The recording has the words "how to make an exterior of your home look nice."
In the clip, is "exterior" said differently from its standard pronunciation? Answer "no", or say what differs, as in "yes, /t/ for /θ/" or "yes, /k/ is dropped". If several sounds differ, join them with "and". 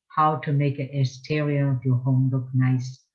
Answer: yes, /k/ is dropped